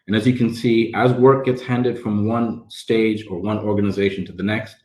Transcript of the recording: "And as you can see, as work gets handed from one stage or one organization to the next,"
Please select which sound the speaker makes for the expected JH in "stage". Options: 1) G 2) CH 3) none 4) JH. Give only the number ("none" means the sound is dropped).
4